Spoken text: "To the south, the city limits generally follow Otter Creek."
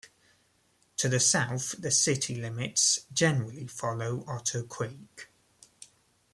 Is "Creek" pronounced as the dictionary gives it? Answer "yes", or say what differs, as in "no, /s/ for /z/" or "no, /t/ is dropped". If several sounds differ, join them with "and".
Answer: no, /w/ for /ɹ/